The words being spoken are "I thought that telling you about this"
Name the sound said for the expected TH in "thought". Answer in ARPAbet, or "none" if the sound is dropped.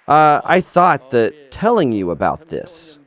TH